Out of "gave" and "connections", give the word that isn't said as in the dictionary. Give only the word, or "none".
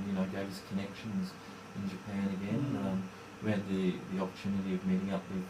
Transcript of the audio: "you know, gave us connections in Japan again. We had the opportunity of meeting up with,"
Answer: none